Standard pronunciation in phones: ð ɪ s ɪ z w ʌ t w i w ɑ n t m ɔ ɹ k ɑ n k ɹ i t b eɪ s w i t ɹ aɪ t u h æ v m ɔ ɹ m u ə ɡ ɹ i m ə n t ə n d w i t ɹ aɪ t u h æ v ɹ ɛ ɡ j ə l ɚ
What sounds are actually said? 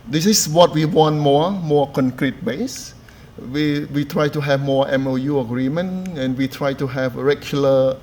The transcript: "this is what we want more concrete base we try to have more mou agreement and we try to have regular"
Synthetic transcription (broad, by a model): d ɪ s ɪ s w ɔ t w i w ɑ n t m ɔ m k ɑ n k ɹ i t b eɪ s w i t ɹ aɪ t u h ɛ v m ɔ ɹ m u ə ɡ ɹ i m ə n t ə n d w i t ɹ aɪ t u h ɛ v ɹ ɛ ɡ j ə l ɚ